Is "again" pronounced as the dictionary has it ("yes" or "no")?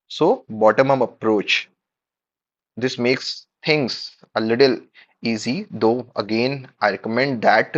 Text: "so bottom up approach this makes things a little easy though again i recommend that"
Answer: yes